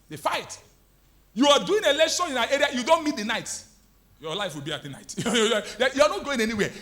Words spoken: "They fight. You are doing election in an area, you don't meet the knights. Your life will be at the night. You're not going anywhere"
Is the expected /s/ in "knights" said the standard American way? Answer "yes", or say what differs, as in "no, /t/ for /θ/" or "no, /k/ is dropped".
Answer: no, /s/ is dropped